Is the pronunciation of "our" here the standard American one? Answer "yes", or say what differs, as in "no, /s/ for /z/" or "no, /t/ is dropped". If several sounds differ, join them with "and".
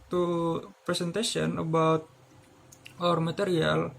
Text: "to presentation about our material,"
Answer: yes